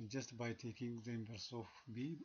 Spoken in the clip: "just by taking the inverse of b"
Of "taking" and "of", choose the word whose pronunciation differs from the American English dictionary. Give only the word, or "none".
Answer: of